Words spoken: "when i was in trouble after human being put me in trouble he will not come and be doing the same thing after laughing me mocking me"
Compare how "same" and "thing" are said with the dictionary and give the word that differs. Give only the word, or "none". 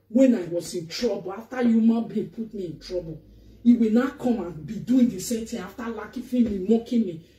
thing